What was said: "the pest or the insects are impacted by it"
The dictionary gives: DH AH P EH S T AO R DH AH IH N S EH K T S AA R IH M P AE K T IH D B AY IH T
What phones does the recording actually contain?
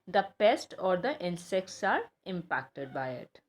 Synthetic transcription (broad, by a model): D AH P EH S T AO R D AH IH N S EH K T S AA R IH M P AE K T IH D B AY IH T